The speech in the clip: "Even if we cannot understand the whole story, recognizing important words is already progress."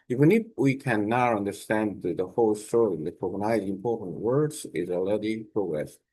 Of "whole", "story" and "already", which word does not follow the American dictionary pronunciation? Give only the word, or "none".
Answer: already